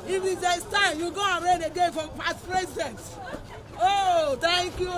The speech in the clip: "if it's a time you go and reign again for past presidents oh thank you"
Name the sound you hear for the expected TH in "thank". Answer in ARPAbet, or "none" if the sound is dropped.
T